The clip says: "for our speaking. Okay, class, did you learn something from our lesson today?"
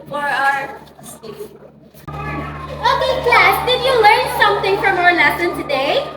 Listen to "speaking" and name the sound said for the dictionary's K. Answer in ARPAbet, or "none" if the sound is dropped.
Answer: none